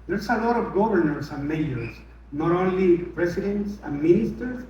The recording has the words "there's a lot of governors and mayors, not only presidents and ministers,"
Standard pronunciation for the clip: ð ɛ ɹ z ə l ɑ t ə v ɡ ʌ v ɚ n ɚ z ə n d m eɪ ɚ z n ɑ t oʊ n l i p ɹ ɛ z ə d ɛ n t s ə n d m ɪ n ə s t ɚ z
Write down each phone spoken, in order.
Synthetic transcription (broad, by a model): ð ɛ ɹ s ə l ɑ t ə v ɡ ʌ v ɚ n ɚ s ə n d m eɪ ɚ s n ɑ t oʊ n l i p ɹ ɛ s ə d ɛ n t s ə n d m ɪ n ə s t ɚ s